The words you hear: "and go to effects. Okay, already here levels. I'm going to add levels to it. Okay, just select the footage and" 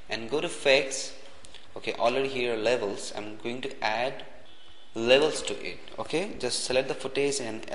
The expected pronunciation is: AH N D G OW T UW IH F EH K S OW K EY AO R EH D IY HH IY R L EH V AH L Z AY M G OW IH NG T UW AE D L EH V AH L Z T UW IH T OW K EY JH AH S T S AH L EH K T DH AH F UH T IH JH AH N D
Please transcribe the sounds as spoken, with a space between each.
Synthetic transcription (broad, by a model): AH N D G OW T UW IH F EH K S OW K EY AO L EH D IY HH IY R L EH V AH L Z AY M G OW IH NG T UW AE D L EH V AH L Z T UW IH T OW K EY JH AH S T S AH L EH T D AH F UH T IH Z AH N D